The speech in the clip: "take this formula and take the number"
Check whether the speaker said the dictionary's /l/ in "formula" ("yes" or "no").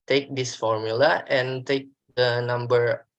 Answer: yes